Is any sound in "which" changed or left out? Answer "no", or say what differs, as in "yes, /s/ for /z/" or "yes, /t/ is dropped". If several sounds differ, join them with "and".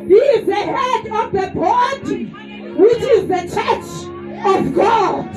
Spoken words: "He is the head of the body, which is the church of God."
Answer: no